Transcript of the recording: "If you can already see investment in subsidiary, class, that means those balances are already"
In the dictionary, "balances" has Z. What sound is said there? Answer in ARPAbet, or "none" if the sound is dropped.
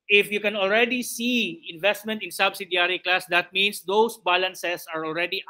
S